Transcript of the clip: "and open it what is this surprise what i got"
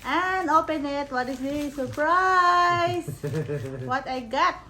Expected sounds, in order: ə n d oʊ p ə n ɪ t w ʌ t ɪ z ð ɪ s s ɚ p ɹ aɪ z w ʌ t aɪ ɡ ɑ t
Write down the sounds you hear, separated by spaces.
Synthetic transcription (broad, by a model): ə n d oʊ p ə n ɪ t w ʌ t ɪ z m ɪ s s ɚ p ɹ aɪ s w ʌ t aɪ ɡ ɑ t